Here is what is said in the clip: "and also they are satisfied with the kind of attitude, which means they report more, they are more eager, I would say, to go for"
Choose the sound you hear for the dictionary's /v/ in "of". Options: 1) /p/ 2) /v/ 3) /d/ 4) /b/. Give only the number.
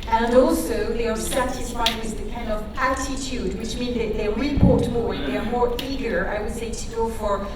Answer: 2